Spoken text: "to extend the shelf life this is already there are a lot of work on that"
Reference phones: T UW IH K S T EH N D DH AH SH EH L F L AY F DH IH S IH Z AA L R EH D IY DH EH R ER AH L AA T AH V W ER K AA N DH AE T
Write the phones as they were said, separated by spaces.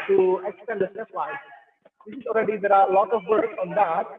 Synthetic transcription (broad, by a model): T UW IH K S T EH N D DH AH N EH F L AY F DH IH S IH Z AA L R EH D IY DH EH R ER AH L AA T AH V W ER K AA N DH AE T